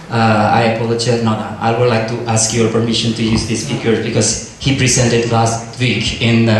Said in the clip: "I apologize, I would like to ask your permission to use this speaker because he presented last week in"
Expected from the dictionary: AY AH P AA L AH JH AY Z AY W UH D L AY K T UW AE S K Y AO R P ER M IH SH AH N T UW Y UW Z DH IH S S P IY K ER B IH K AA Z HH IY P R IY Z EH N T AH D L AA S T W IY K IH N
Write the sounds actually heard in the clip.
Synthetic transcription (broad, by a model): AY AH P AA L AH CH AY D AY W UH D L AY K T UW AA S K Y AO R P ER M IH SH AH N T UW Y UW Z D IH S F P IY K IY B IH K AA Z HH IY P R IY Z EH N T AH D L AA S T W IY K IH N